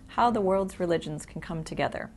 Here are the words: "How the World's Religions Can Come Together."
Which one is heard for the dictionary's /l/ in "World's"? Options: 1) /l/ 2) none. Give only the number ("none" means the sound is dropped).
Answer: 1